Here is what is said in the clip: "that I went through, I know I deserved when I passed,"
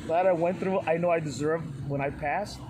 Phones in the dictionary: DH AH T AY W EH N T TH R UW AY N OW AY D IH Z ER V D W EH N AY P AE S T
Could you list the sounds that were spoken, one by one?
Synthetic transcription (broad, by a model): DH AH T AY W EH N TH R UW AY N OW AY D IH Z ER V D W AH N AY P AE S T